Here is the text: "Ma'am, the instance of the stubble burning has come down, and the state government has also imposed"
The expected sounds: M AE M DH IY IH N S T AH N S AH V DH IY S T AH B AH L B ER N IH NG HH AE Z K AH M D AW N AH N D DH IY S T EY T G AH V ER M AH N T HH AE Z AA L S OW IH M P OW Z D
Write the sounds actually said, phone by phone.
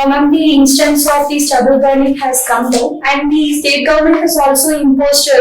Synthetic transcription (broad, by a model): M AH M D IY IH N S T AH N S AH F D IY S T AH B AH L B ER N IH HH AE Z K AH M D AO AH N D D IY S T EY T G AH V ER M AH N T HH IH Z AA L S OW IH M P OW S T